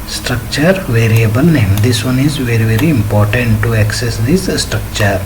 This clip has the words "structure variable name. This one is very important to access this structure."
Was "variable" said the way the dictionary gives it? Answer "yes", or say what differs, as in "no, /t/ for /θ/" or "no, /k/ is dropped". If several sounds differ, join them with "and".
yes